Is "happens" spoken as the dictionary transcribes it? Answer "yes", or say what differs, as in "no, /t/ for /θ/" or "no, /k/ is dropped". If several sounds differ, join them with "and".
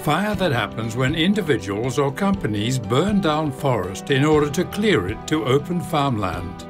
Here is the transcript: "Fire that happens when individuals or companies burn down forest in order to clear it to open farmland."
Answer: yes